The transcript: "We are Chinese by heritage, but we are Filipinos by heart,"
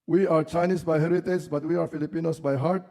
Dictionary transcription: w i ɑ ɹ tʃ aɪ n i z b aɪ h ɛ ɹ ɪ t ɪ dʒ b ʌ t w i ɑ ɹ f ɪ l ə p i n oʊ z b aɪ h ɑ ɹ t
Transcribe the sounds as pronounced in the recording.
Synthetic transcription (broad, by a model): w i ɑ ɹ tʃ aɪ n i s b aɪ h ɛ ɹ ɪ t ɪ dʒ b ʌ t w i ɑ ɹ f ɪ l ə p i n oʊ s b aɪ h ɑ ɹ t